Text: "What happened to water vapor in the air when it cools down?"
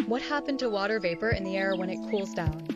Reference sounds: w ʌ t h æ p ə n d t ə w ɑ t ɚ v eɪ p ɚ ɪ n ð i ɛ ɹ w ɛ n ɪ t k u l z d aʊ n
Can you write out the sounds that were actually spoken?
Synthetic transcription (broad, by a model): w ʌ t h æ p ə n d t ə w ɑ t ɚ v eɪ p ɚ ɪ n ð i ɛ ɹ w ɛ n ɪ t k u l z d aʊ n